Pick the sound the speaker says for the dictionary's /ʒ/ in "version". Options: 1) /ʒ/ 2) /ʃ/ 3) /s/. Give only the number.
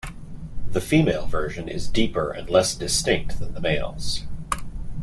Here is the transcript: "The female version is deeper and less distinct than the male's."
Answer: 1